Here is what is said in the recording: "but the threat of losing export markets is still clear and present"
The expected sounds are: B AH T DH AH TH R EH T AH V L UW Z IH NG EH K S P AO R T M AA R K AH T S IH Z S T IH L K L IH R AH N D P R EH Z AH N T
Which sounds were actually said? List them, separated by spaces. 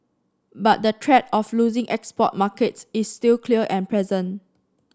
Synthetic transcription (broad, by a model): B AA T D AH T R EH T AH F L UW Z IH NG EH K S P AO T M AA K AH T S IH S T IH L K L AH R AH N P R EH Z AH N